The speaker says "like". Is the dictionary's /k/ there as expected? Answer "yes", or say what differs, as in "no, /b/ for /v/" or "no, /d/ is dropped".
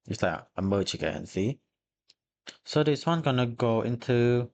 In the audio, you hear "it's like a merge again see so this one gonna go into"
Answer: no, /k/ is dropped